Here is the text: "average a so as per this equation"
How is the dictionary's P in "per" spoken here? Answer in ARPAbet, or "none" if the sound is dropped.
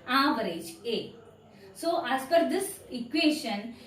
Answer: F